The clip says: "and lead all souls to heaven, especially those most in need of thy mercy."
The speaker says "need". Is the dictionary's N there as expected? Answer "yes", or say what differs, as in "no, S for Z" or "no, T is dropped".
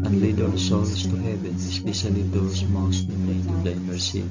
no, L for N